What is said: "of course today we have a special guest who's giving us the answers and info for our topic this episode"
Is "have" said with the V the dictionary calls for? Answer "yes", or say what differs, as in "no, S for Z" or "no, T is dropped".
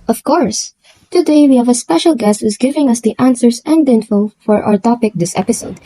yes